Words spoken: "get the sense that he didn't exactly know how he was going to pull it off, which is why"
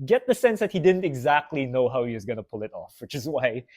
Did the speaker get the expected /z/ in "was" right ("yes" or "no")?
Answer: yes